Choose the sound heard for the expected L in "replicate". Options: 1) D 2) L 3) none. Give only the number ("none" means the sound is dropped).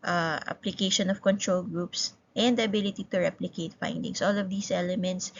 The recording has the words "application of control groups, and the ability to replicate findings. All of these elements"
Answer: 2